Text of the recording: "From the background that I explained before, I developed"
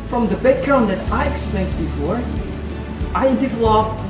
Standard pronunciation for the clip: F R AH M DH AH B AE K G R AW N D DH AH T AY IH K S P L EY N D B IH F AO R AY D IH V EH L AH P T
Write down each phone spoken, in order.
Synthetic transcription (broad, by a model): F R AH M DH AH B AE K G R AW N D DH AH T AY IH K S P EY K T B IH F AO R AY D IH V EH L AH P